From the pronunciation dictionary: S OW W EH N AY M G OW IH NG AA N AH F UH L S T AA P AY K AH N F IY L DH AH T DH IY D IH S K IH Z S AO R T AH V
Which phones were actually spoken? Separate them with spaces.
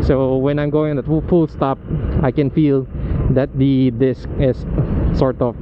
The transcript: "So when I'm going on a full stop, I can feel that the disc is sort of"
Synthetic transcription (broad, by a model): S OW W EH N AY M G OW IH NG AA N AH F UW L S T AA P AY K AH N F IY L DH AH T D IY D IH S K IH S S AO R T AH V